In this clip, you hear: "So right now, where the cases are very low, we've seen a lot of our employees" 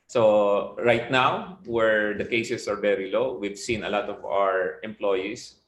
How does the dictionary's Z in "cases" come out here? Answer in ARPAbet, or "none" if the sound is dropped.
S